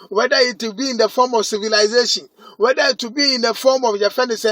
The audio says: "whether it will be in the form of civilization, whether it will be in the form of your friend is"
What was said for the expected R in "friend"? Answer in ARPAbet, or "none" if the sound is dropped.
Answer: none